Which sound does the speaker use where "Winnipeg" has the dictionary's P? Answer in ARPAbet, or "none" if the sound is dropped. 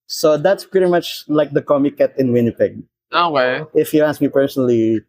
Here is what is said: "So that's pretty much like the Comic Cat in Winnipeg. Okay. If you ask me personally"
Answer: P